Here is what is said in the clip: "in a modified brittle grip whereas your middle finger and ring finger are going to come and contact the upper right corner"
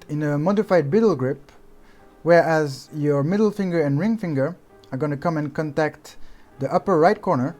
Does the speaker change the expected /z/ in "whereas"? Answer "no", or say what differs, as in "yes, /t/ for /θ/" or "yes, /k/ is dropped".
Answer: no